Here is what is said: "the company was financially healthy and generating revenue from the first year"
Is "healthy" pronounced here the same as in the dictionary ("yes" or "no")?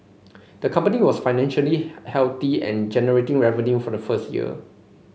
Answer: no